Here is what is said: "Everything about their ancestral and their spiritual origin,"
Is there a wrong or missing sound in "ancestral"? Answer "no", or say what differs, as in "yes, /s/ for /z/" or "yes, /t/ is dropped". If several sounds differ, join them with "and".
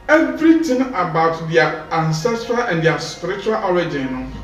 no